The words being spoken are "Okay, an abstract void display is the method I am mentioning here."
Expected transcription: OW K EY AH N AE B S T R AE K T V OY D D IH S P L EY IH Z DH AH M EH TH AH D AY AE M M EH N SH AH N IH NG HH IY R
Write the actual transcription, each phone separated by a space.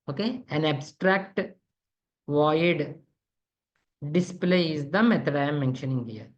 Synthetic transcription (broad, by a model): OW K EY AH N AE B S T R AE K T V OY D D IH S P L EY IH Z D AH M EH T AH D AY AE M M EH N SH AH N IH NG HH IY R